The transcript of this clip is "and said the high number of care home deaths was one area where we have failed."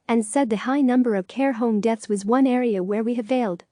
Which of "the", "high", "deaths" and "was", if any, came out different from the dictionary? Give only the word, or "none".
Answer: none